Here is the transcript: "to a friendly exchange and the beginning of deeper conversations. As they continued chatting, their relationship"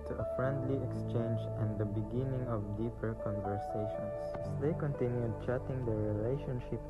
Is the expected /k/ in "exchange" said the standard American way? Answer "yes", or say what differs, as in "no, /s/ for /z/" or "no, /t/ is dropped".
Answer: yes